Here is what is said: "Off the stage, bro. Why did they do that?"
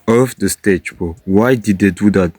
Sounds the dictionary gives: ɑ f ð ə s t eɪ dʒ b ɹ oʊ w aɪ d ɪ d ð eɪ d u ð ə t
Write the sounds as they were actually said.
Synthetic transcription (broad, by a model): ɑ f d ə s t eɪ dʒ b oʊ w aɪ d ɪ d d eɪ d u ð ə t